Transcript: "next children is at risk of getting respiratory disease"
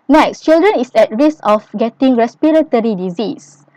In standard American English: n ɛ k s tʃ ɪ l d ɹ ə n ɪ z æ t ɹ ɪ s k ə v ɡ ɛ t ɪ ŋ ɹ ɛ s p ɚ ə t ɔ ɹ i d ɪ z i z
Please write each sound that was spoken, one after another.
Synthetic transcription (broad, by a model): n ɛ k s tʃ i l d ɹ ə n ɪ s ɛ t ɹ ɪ s ə f ɡ ɛ t ɪ ŋ ɹ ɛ s p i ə t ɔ ɹ i d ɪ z i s